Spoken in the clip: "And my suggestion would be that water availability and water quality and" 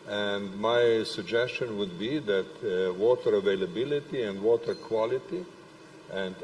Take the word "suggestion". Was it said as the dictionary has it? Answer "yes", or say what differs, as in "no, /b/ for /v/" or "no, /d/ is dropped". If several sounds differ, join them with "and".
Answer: yes